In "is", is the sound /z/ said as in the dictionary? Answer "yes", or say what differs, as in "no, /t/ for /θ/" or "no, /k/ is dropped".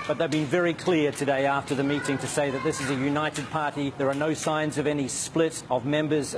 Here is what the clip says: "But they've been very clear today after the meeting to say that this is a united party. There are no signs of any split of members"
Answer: yes